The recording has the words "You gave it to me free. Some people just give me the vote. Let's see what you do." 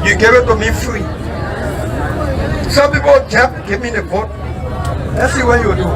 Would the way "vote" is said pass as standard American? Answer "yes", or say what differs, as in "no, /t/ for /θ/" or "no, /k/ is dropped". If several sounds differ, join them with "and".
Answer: no, /b/ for /v/